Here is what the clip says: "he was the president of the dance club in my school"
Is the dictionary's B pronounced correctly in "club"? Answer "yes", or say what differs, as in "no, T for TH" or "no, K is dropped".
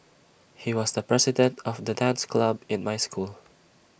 yes